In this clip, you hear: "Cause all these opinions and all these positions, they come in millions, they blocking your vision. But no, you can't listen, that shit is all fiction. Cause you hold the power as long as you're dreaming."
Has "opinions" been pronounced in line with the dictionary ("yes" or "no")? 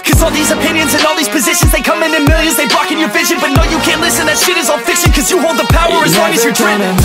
yes